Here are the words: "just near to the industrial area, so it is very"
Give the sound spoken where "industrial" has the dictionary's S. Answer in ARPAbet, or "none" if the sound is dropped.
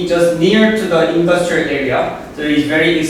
S